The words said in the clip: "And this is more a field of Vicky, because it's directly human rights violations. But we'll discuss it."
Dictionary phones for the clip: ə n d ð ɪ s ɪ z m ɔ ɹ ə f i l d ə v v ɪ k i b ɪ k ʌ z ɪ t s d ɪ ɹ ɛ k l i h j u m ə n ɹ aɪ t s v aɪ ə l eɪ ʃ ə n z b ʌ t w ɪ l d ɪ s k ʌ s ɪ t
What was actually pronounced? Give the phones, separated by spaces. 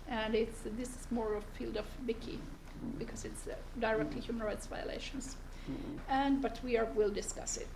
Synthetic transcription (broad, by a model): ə n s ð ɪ s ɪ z m ɔ ɹ ə f i l d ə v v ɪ k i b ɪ k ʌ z ɪ t s d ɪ ɹ ɛ k l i h j u m ə n ɹ aɪ t s v aɪ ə l eɪ ʃ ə n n b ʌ t w ɪ l d ɪ s k ʌ s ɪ t